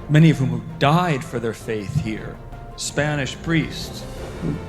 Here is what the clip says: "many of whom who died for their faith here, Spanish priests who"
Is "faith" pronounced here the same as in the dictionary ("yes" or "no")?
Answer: yes